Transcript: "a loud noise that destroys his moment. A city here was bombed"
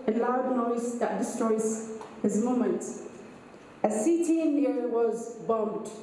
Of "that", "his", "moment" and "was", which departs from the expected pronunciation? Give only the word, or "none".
none